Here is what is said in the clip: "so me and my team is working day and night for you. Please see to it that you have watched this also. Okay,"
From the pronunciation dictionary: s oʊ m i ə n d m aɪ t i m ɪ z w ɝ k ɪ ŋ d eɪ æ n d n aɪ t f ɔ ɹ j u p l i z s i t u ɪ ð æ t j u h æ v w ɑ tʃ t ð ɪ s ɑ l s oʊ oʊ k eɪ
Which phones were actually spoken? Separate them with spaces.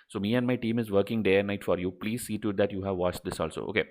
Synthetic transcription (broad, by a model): s oʊ m i ə n d m aɪ t i m ɪ z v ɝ k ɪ ŋ d eɪ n n aɪ t f ɔ ɹ j u p l i z s i t u ɪ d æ t j u h æ v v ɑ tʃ t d ɪ s ɑ l s oʊ oʊ k eɪ